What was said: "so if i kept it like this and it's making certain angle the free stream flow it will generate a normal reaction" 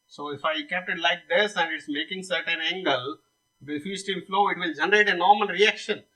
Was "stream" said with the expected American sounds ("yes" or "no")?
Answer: no